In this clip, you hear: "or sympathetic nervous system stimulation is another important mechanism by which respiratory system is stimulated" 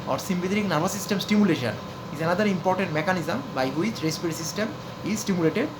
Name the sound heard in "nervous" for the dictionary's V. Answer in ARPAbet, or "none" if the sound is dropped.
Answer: B